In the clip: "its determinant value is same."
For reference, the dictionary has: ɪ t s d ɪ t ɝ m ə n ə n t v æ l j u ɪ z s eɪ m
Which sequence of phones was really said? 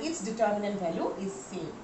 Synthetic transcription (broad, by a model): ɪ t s d ɪ t ɝ m ə n ə n t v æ l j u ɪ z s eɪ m